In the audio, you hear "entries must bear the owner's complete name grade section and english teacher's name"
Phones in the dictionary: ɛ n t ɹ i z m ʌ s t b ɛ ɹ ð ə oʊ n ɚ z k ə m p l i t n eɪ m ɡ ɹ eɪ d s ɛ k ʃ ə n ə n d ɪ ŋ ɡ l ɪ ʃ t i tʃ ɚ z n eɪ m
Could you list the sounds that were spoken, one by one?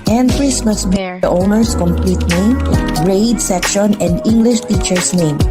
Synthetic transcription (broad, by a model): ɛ n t ɹ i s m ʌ s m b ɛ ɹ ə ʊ n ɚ s k ə m p l i t n eɪ m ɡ ɹ eɪ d s ɛ k ʃ ə n ə n d ɪ ŋ ɡ l ɪ ʃ t i tʃ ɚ s n eɪ m